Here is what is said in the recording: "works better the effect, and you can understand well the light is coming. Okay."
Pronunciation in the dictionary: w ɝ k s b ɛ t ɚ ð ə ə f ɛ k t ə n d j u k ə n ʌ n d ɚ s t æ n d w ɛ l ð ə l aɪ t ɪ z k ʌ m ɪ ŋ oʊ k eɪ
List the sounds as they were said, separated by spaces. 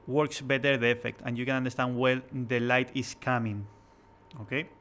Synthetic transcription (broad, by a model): w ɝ k s b ɛ t ɚ ð ə ə f ɛ k t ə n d j u k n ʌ n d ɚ s t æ n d w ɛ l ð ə l aɪ t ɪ s k ʌ m ɪ ŋ oʊ k eɪ